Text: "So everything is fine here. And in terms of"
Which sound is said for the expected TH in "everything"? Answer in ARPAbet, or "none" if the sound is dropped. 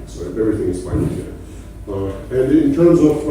TH